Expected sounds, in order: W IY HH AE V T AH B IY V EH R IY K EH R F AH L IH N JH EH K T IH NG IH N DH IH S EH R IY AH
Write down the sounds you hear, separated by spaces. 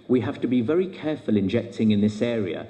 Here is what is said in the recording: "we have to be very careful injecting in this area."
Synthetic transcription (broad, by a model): W IY HH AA F T AH B IY V EH R IY K EH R F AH L IH N JH EH K T IH NG IH N DH IH S EH R IY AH